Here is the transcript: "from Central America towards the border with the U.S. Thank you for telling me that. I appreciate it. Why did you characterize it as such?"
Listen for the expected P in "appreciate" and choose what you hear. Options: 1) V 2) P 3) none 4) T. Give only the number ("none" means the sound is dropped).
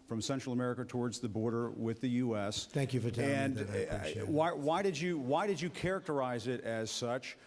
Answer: 3